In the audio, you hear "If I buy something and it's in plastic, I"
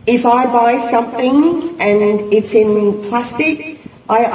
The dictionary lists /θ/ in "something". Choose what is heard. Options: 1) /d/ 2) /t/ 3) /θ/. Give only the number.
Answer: 3